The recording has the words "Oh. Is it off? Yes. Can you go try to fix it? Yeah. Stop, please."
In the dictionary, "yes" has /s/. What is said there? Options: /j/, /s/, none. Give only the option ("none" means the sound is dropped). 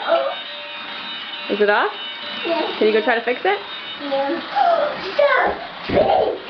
none